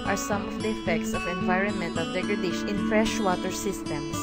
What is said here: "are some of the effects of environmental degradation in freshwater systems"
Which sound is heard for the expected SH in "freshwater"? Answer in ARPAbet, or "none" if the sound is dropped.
SH